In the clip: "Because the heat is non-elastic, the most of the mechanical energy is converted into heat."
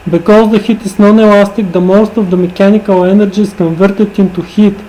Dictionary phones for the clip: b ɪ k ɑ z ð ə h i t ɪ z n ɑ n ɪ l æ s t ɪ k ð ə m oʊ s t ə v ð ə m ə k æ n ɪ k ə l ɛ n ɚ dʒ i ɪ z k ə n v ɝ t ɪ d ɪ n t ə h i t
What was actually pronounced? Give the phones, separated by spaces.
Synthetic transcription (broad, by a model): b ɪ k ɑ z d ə h i t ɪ s n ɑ n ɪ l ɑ s t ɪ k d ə m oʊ s t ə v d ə m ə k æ n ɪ k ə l ɛ n ɚ dʒ i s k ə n v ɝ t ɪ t ɪ n t ə h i t